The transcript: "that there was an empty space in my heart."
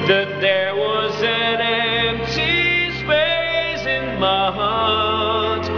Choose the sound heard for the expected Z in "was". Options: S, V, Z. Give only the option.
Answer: Z